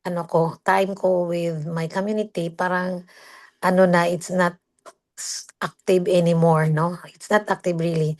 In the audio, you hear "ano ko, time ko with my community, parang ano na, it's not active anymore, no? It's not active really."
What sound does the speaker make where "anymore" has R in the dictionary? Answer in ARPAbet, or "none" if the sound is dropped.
R